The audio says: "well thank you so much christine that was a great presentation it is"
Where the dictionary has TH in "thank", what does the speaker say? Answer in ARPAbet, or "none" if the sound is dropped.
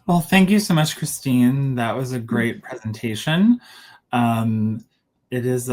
TH